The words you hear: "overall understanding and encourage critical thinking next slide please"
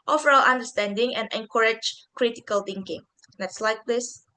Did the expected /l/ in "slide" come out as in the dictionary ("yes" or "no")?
yes